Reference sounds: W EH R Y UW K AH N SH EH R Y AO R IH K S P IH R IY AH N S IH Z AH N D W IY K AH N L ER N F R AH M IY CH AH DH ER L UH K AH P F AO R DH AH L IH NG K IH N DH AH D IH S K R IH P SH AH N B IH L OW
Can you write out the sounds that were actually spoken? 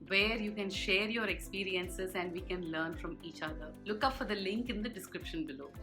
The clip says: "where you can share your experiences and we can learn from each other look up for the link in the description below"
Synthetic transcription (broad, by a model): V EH R Y UW K AH N SH EH R Y AO R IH K S P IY R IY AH N S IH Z AH N D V IY K AH N L ER N F R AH M IY CH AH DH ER L UH K AH P F AO R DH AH L IH NG K IH N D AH D IH S K R IH P SH AH N B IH L OW